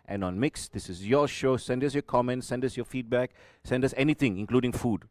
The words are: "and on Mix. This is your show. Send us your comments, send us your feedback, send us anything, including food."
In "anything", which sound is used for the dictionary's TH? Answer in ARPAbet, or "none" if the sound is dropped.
T